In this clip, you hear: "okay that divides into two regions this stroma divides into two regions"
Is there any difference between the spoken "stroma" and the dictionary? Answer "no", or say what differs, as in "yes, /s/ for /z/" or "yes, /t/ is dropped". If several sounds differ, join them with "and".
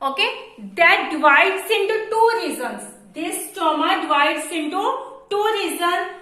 yes, /ɹ/ is dropped